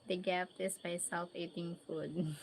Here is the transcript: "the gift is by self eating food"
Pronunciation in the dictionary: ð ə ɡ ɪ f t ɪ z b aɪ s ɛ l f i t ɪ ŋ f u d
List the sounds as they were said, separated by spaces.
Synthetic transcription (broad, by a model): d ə ɡ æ p t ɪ s b aɪ s ɛ l f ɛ t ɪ ŋ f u d